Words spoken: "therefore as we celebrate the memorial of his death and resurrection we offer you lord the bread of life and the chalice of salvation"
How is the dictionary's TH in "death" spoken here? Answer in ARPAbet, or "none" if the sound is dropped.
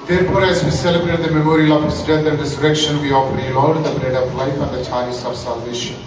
T